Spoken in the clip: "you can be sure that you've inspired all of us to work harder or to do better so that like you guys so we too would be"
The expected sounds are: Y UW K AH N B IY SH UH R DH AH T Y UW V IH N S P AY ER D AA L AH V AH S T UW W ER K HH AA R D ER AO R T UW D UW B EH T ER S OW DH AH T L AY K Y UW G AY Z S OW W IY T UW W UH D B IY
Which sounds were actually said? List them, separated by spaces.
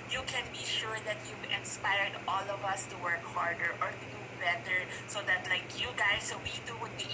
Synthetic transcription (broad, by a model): Y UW K AH N B IY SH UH R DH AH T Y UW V IH N S P AY ER D AA L AH V AH S T UW W ER K HH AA R D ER AO R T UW D UW B EH T ER S OW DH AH T L AY K Y UW G AY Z S OW W IY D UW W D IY